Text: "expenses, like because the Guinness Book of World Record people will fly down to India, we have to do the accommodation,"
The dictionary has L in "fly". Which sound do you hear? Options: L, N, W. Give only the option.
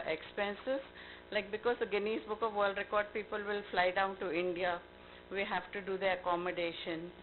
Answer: L